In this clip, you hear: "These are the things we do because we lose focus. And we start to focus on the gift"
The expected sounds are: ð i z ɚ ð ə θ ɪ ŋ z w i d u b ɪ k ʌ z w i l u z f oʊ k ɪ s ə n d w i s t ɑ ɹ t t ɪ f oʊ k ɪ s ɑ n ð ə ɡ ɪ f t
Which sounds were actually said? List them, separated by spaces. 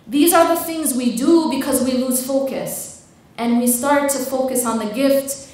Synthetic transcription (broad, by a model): ð i z ɚ ð ə θ ɪ ŋ z w i d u b ɪ k ʌ z w i l u z f oʊ k ɪ s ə n w i s t ɑ ɹ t t ɪ f oʊ k ɪ s n ð ə ɡ ɪ f t